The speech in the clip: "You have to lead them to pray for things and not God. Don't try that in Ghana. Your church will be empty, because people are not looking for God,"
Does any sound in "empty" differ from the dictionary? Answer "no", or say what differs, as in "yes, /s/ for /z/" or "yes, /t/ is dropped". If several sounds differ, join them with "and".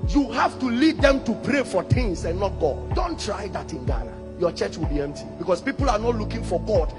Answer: no